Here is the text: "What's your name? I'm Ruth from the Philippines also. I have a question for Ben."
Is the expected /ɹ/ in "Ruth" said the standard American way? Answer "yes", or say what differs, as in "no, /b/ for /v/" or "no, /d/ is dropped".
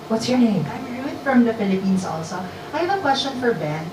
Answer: no, /w/ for /ɹ/